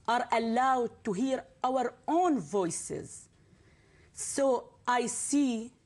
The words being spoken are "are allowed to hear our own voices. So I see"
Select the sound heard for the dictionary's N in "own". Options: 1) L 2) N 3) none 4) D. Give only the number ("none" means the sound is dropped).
2